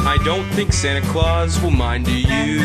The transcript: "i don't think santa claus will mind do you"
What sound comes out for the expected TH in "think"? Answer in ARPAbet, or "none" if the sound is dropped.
TH